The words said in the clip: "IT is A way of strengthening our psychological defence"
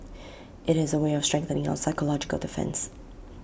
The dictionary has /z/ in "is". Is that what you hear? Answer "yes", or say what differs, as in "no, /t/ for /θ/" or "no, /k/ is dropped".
yes